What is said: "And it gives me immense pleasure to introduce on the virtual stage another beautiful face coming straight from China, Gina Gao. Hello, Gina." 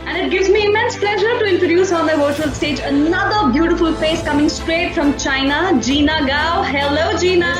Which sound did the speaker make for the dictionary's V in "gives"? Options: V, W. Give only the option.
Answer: V